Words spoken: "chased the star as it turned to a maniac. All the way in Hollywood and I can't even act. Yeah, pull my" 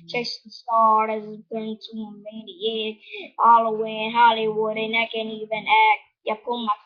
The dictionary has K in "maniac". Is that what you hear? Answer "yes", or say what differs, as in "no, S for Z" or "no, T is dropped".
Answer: no, K is dropped